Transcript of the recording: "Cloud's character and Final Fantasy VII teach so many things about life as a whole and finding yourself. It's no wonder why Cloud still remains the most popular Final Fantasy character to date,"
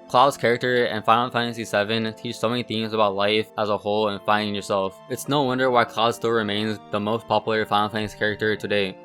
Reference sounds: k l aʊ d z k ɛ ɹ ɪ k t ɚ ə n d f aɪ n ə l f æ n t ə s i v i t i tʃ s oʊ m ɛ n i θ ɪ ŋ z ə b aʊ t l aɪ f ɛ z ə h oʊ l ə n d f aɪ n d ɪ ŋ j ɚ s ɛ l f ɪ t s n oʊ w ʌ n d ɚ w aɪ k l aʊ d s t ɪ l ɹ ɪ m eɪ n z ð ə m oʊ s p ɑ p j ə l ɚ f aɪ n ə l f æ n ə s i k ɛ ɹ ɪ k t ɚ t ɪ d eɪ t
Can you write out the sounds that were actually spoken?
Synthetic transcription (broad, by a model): k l aʊ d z k ɛ ɹ ɪ k t ɚ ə n f aɪ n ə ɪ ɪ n s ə s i v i t i tʃ s oʊ m ɛ n i θ ɪ ŋ z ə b aʊ t l aɪ f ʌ z ə h oʊ l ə n f aɪ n d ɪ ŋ j ɚ s ɛ l f ɪ t s n oʊ w ʌ n d ɚ w aɪ k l aʊ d s t ɪ l ɹ ɪ m eɪ n z ð ə m oʊ s p ɑ p j l ɚ f aɪ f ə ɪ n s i k ɛ ɹ ɪ k t ɚ t ɪ d eɪ